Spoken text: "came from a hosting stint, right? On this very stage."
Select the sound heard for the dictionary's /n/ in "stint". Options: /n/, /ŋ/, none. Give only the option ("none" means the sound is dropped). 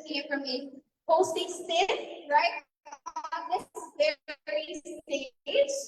none